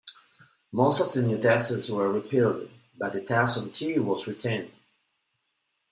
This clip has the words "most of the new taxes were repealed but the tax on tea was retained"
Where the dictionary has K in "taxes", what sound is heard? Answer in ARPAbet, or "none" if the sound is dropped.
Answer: none